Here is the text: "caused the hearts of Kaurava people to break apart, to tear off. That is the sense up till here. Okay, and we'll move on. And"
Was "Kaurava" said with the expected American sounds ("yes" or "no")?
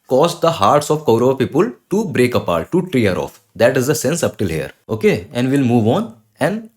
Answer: no